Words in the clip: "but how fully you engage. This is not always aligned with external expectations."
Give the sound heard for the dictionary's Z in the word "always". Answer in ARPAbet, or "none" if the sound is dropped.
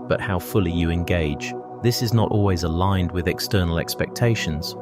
Z